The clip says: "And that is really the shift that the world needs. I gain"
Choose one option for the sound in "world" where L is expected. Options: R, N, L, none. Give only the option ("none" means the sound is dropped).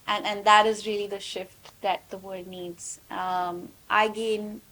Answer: none